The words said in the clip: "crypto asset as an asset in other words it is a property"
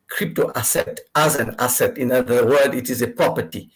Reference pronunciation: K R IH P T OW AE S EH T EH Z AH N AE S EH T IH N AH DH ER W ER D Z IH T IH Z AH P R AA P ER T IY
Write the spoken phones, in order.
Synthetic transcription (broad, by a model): K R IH P T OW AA S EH T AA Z AH N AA S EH T IH N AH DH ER W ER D IH T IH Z AH P R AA P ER T IY